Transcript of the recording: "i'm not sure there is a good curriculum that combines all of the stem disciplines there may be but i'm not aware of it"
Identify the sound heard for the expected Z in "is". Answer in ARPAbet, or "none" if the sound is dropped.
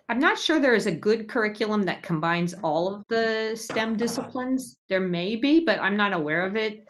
Z